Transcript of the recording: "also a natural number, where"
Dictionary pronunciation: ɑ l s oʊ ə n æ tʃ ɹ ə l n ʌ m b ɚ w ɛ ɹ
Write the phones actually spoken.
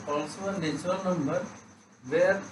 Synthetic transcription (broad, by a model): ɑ l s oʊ ə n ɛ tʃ ə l n ʌ m b ɚ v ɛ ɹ